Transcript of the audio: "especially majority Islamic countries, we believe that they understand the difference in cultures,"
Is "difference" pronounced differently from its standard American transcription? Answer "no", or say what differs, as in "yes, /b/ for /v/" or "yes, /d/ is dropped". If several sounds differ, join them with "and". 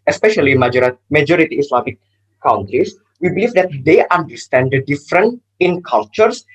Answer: yes, /s/ is dropped